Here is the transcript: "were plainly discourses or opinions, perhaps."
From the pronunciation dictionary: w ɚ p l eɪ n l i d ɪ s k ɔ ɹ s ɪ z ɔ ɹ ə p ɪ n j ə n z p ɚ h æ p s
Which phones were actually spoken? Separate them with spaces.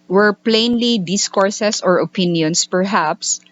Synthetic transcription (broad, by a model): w ɚ p l eɪ n l i d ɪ s k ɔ ɹ s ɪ s ɔ ɹ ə p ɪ n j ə n s p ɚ h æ p s